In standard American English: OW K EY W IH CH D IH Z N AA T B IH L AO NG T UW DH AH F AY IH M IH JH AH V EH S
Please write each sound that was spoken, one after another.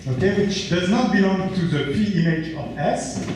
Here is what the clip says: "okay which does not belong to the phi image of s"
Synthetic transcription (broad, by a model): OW K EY W IH CH D IH Z N AA T B IH L AO NG T UW DH AH P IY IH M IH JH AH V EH S